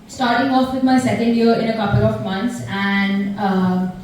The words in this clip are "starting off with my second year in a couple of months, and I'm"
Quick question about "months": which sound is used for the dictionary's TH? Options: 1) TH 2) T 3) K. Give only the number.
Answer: 2